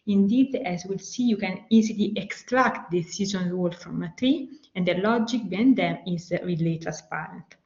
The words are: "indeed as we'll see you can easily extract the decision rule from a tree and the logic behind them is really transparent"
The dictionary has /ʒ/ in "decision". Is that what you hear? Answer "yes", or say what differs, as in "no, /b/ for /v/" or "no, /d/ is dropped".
no, /z/ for /ʒ/